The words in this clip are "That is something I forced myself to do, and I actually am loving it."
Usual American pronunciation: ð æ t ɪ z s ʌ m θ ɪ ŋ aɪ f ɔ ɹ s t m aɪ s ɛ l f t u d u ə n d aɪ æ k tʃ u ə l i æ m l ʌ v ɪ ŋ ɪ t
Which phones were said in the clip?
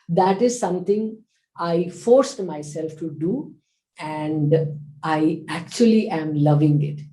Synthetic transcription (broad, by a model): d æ t ɪ z s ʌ m t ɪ ŋ aɪ f ɔ ɹ s t m aɪ s ɛ l f t u d u ə n d aɪ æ k tʃ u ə l i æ m l ʌ v ɪ ŋ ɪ t